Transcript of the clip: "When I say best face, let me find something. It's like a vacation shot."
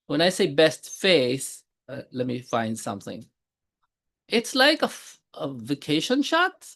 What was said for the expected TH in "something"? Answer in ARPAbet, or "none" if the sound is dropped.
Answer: TH